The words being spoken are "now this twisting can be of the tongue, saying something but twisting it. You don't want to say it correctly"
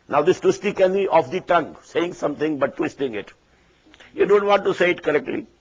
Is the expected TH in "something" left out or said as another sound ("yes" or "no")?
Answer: yes